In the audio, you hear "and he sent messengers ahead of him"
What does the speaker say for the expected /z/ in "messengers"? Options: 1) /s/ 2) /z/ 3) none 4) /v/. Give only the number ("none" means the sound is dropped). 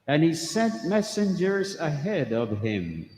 2